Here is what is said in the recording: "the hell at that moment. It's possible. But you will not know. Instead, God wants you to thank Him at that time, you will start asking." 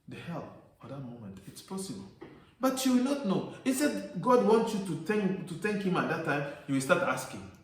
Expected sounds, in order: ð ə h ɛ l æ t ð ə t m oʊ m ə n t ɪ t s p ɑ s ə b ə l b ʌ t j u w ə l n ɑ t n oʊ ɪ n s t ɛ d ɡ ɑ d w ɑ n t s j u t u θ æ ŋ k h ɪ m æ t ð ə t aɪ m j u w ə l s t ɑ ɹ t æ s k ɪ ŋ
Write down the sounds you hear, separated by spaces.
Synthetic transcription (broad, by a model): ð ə h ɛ l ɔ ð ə t m oʊ m ə n t ɪ t s p ɑ s ə b ə l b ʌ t j u w ə l n ɑ t n oʊ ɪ s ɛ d ɡ ɑ d w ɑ n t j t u t u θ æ ŋ k h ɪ m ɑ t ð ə t aɪ m j u w ə l s t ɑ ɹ t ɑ s k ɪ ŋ